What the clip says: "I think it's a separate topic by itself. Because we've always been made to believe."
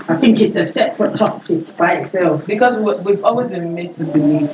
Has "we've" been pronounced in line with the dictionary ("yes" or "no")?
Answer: yes